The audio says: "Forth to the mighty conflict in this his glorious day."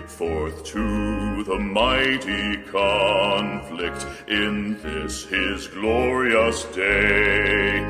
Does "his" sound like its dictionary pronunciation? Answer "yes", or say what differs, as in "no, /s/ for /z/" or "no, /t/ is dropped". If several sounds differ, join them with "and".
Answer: yes